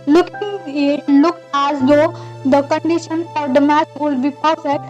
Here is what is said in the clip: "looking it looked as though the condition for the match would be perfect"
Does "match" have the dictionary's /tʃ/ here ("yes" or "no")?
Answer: no